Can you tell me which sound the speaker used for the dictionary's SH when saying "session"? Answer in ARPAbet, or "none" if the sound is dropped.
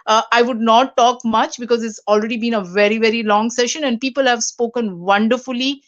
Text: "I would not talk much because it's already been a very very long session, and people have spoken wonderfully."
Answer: SH